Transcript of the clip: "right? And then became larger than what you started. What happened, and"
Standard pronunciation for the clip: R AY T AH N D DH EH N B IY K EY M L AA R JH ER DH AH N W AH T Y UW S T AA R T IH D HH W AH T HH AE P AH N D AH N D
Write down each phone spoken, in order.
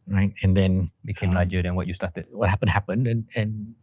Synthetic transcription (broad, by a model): R AY T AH N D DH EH N B IY K EY M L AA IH JH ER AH N W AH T Y UW S T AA T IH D HH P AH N HH AE P AH N D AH N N